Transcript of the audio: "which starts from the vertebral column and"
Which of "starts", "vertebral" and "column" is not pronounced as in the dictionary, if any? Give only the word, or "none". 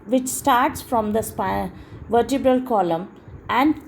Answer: none